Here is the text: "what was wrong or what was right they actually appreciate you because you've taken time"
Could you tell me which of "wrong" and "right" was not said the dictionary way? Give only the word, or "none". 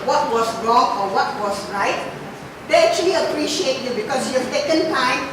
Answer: none